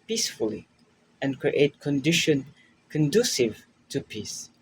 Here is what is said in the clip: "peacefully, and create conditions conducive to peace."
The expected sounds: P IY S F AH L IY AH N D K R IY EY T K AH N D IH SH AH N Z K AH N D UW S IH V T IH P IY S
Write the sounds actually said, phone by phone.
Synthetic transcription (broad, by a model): P IY S F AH L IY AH N K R IY EY T K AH N D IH SH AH N K AH N D UW S IH V T IH P IY S